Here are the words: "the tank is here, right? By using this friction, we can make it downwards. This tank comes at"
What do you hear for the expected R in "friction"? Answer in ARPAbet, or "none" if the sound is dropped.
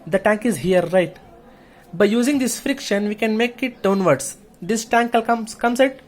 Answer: R